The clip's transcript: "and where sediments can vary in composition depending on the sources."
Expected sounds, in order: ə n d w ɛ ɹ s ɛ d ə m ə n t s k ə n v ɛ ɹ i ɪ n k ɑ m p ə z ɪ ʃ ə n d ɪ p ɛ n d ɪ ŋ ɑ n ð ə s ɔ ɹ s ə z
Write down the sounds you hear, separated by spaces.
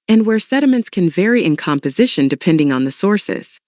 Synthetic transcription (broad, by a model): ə n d w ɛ ɹ s ɛ d ə m ə n t s k ə n v ɛ ɹ i ɪ n k ɑ m p ə z ɪ ʃ ə n d ɪ p ɛ n d ɪ ŋ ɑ n ð ə s ɔ ɹ s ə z